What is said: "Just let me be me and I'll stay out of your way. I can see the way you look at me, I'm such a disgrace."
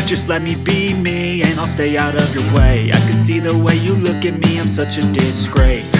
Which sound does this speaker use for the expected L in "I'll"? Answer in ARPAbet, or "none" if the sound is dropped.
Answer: L